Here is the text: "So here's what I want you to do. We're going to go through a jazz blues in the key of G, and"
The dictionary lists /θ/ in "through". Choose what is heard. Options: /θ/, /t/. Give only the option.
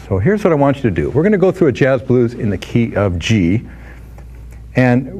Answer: /θ/